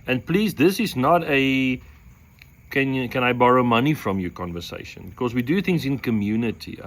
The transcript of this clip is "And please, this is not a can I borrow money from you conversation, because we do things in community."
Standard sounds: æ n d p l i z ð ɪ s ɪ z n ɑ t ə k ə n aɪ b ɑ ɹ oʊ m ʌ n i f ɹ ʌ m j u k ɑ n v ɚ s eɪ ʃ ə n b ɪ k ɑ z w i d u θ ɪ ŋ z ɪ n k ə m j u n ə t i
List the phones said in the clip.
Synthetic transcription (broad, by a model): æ n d p l i z ð ɪ s ɪ z n ɑ t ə k ə n aɪ b ɑ ɹ oʊ m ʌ n i f ɹ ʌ m j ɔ k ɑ n v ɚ s eɪ ʃ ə n b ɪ k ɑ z w i d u θ ɪ ŋ z ɪ n k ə m j u n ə t i